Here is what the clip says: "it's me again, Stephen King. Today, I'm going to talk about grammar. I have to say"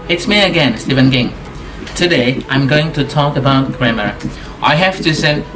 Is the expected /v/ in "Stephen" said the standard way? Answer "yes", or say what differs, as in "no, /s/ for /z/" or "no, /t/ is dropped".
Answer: yes